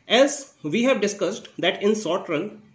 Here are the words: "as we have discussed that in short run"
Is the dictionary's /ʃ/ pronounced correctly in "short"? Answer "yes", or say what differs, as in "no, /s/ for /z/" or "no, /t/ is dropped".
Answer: no, /s/ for /ʃ/